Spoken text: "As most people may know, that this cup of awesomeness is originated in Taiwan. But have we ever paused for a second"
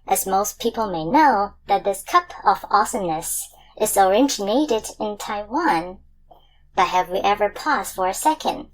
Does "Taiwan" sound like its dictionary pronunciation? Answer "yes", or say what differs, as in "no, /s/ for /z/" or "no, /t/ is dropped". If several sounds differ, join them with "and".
yes